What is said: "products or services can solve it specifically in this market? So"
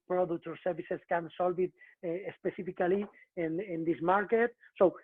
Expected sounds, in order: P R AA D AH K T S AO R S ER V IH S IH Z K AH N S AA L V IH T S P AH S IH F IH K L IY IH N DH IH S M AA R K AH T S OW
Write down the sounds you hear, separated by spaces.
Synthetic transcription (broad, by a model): P R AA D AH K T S AO R S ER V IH S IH S K AH N S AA L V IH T S P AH S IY F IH K L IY IH N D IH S M AA R K AH T S OW